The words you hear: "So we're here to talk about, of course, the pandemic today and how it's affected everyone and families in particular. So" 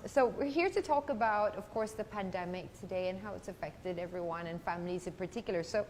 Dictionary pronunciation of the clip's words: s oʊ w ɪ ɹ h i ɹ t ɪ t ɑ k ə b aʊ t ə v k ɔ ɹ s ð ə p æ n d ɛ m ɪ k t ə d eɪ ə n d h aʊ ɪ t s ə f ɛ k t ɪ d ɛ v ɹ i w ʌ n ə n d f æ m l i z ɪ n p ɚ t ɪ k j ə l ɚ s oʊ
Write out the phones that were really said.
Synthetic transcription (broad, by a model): s oʊ w ɪ ɹ h i ɹ t ɪ t ɑ k ə b aʊ t ə v k ɔ ɹ s ð ə p æ n d ɛ m ɪ k t ə d eɪ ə n h aʊ ɪ t s ə f ɛ k t ɪ d ɛ v ɹ i w ʌ n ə n f æ m l i z ɪ n p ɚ t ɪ k j l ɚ s oʊ